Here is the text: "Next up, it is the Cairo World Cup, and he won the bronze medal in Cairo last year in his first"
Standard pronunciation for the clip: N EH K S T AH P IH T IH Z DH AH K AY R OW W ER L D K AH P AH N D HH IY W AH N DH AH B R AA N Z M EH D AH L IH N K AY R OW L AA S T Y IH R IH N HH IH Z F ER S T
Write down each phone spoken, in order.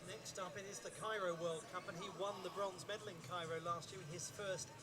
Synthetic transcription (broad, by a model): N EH K S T AH P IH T IH Z DH AH K AY R OW W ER L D K AH P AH N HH IY W AH N DH AH B R AA N Z M EH D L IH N K AY R OW L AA S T Y IH R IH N IH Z F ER S T